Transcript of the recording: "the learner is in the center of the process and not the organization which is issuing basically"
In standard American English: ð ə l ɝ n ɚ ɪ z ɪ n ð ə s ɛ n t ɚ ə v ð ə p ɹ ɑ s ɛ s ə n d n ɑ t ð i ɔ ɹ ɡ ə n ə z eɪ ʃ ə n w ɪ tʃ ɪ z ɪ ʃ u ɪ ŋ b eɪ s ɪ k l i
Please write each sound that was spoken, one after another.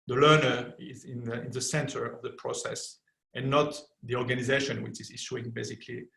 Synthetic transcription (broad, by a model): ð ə l ɝ n ɚ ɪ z ɪ n ð ə s ɛ n t ɚ ə v ð ə p ɹ ɑ s ɛ s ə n n ɑ t ð i ɔ ɹ ɡ ə n ə z eɪ ʃ ə n w ɪ tʃ ɪ z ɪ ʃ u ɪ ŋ b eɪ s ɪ k l i